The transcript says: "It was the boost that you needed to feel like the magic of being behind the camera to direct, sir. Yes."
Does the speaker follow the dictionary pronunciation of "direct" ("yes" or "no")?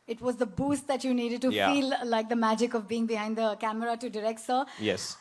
yes